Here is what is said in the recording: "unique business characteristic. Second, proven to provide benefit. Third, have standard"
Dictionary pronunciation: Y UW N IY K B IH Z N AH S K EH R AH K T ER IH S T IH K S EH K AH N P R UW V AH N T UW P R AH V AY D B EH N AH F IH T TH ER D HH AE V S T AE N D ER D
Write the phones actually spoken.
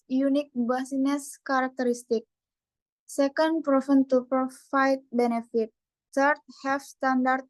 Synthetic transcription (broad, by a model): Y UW N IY K B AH S N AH S K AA R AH K T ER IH S T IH K S EH K AH N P R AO F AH N T UW P R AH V AY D B EH N AH F IH T T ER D HH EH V S T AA N D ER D